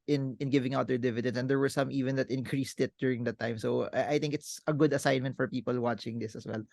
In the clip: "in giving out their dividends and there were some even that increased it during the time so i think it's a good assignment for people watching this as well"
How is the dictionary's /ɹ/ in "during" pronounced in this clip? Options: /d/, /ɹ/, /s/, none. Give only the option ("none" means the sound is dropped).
/ɹ/